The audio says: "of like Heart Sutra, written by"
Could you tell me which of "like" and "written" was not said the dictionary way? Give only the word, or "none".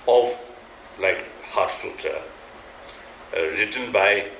none